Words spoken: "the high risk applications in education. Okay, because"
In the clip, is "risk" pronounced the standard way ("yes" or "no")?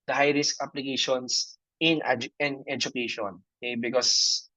yes